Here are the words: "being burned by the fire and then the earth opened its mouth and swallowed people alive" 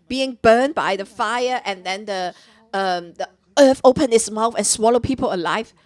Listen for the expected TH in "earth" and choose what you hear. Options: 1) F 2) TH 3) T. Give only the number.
1